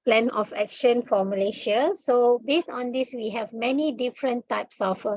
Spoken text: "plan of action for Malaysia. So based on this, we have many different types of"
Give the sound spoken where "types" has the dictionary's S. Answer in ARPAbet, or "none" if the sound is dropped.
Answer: S